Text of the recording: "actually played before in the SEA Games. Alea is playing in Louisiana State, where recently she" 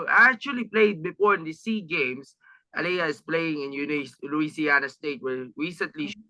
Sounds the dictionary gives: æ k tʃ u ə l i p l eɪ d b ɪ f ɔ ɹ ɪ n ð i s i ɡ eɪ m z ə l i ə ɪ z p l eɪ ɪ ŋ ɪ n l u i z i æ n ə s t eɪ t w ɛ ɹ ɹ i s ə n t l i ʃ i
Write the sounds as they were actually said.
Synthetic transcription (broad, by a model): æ k tʃ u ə l i p l eɪ d b ɪ f ɔ ɹ ɪ n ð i s i ɡ eɪ m s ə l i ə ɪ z p l eɪ ɪ ŋ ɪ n l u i s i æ n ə s t eɪ t w ɛ ɹ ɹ i s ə n t l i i